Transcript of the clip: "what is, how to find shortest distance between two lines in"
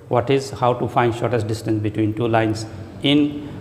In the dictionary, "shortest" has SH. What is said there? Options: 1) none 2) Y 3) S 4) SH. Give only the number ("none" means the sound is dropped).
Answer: 4